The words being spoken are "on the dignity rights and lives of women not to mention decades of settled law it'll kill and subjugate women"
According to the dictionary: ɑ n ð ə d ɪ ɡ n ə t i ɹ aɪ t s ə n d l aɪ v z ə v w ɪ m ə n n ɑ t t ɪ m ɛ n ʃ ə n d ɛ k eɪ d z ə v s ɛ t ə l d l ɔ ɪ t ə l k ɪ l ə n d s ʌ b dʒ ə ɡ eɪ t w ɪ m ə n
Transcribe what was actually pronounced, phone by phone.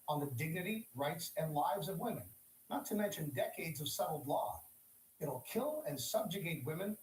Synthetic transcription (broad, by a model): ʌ n ð ə d ɪ ɡ n ə t i ɹ aɪ t s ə n l aɪ v z ə v w ɪ m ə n n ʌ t t ɪ m ɛ n ʃ ə n d ɛ k eɪ d z ə v s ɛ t l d l ɔ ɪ t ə l k ɪ l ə n s ʌ b dʒ ə ɡ eɪ t w ɪ m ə n